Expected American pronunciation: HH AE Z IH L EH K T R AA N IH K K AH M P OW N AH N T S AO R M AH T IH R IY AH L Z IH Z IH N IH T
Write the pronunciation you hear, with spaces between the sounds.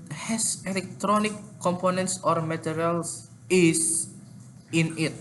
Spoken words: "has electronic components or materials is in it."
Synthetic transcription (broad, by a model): HH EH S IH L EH K T R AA N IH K K AH M P OW N AH N T S AO R M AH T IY R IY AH L S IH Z IH N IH T